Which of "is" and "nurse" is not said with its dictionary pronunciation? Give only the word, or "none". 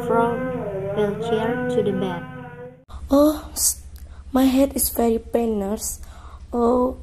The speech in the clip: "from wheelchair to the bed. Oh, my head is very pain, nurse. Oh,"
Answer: is